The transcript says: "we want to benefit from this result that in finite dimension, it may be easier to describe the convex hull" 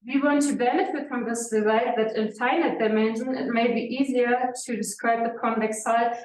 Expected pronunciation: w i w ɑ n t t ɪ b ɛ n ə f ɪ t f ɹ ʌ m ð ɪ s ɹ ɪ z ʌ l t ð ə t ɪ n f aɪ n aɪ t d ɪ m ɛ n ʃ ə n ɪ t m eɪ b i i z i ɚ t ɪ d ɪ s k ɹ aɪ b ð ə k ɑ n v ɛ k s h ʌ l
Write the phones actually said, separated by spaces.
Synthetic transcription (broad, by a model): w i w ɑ n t t ɪ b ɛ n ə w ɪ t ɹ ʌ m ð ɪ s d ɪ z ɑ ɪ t ð ə t ɪ n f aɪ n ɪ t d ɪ m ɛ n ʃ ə n ɪ t m eɪ b i i z i ɚ t ɪ d ɪ s k ɹ aɪ b ð ə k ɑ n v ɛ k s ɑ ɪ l